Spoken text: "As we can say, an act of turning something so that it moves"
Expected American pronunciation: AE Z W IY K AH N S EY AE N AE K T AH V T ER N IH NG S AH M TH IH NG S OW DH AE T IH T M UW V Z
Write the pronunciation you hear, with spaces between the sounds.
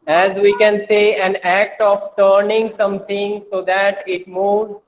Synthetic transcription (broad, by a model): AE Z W IY K AH N S EY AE N AE K T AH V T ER N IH NG S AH M T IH NG S OW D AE T IH T M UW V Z